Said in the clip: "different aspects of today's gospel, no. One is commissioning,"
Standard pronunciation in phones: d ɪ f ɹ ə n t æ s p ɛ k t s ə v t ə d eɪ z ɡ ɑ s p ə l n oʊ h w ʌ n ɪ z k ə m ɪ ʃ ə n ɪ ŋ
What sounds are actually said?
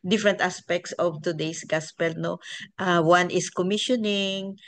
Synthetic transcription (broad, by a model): d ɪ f ɹ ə n t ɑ s p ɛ k t s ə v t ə d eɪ s ɡ ɑ s p ə l n oʊ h w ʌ n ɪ s k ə m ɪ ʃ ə n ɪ ŋ